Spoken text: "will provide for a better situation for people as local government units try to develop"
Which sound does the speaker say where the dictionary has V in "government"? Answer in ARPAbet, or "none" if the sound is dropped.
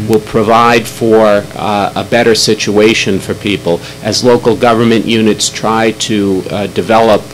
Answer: V